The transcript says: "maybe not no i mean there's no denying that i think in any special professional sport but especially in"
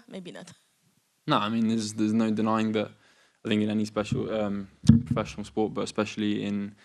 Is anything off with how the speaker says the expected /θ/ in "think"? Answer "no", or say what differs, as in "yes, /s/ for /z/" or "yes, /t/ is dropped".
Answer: no